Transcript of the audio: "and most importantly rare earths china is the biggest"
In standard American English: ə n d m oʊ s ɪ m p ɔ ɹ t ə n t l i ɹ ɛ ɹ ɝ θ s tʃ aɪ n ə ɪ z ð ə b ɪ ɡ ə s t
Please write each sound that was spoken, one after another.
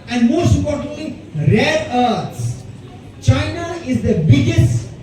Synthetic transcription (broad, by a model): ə n d m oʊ s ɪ p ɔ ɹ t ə l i ɹ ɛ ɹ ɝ t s tʃ aɪ n ə ɪ z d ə b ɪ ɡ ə s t